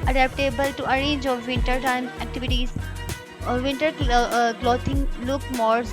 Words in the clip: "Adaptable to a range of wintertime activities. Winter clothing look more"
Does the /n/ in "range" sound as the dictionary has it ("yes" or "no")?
no